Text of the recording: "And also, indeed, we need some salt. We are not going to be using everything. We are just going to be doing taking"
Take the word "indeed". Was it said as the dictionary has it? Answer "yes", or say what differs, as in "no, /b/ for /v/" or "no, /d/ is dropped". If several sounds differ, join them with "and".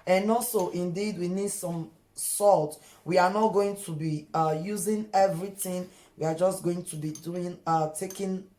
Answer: yes